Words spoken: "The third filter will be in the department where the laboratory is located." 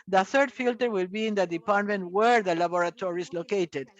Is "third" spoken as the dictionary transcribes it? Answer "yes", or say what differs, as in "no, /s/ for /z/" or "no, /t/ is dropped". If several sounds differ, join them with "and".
yes